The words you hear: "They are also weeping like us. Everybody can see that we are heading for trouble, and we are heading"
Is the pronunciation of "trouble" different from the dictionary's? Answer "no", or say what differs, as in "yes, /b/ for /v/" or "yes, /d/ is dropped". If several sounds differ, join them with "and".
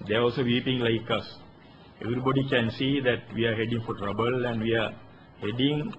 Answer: no